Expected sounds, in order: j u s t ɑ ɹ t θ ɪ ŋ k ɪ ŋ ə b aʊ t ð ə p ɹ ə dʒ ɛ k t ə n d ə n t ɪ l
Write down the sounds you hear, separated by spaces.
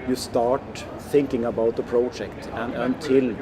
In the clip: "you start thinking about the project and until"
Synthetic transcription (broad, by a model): j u s t ɑ ɹ t θ ɪ ŋ k ɪ ŋ ə b aʊ t ð ə p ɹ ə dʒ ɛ k t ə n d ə n t ɪ l